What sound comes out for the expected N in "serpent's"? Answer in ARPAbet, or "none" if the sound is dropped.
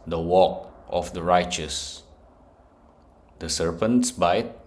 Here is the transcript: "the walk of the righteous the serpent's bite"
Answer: N